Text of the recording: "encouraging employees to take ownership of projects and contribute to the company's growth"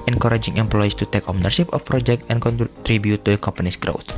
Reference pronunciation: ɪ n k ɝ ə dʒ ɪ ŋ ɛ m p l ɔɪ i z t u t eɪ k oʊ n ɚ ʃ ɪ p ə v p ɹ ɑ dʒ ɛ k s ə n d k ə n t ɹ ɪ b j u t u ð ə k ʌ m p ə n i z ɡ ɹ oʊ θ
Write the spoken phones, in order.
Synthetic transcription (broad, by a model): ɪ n k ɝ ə dʒ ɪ ŋ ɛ m p l ɔɪ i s t u t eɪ k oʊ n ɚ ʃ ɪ p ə f p ɹ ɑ dʒ ɛ k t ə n k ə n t ɹ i b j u t u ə k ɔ m p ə n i s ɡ ɹ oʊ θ